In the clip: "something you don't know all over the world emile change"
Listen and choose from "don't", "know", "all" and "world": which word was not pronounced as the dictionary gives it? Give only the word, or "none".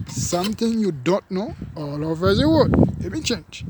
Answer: world